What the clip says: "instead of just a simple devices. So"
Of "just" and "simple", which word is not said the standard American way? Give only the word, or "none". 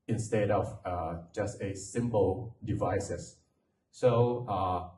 none